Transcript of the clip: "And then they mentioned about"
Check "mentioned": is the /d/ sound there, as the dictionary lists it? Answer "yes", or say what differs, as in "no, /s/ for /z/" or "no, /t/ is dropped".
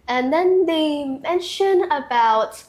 no, /d/ is dropped